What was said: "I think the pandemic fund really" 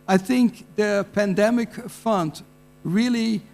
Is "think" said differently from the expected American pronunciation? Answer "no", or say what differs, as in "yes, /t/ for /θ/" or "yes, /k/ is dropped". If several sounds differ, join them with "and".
no